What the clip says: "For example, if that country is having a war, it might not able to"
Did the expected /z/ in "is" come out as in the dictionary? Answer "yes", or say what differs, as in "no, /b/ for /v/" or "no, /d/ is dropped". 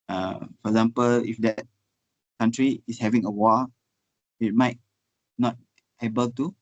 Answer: no, /s/ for /z/